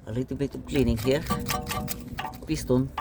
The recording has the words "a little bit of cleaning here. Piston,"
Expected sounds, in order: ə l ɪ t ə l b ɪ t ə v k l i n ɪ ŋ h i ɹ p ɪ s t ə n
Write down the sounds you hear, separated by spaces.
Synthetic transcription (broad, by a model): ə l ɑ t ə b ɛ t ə p k l i n ɪ ŋ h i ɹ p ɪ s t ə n